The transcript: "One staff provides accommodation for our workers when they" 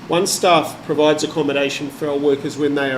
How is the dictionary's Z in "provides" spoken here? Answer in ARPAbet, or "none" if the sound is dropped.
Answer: Z